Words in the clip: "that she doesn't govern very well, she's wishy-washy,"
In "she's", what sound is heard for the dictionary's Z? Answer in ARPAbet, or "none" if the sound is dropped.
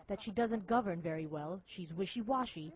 Z